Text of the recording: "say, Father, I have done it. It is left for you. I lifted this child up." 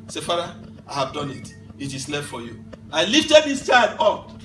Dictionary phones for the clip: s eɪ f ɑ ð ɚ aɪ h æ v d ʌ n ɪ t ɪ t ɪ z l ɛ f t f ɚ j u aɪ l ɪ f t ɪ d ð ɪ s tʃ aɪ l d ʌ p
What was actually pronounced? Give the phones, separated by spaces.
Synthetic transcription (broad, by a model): s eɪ f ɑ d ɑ aɪ h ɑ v d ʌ n ɪ t ɪ t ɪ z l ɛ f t f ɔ j u aɪ l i f t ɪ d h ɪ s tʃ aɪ d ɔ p